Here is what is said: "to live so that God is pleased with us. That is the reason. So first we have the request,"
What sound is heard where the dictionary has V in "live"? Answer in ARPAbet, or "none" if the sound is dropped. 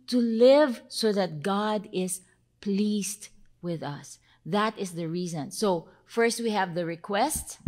V